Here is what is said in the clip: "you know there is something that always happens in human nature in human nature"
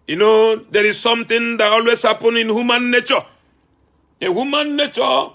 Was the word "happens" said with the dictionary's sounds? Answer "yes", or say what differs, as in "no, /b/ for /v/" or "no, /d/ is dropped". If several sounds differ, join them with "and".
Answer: no, /z/ is dropped